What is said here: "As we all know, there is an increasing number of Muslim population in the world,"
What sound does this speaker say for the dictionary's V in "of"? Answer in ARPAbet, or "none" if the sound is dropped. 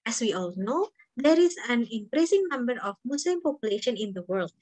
F